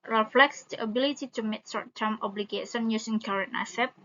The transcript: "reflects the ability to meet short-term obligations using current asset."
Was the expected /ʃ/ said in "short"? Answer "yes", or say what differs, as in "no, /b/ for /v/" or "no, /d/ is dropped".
no, /s/ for /ʃ/